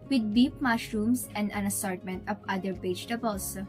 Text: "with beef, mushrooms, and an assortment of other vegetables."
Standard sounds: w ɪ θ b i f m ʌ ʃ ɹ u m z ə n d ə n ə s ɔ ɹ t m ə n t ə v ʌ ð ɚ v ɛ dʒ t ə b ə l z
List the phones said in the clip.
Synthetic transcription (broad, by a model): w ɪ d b i p m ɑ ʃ ɹ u m s ə n d ə n ə s ɔ ɹ t m ə n t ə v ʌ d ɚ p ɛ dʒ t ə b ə l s